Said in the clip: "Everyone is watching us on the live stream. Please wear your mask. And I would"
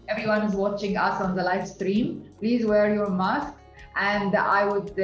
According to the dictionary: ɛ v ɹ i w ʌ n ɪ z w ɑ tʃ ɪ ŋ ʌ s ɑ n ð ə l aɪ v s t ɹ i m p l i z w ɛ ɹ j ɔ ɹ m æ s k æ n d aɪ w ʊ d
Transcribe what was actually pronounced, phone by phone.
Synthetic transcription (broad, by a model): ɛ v ɹ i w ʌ n ɪ z w ɑ tʃ ɪ ŋ ʌ s ɑ n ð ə l aɪ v s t ɹ i m p l i z w ɛ ɹ j ɔ ɹ m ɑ s k æ n d aɪ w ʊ d